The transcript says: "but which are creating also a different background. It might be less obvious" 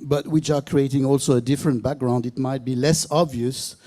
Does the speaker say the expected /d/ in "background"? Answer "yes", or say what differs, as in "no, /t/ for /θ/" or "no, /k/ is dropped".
yes